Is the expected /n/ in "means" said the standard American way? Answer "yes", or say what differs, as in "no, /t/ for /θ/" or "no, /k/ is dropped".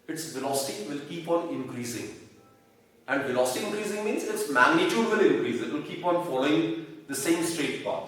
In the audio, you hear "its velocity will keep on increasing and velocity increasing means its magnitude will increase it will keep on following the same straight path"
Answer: yes